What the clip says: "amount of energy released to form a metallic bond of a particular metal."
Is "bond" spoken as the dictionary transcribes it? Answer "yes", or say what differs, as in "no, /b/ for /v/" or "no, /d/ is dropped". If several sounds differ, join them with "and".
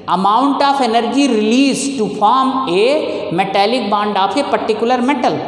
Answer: yes